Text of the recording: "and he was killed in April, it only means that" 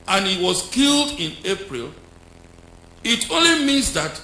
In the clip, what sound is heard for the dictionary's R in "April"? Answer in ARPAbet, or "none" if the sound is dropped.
R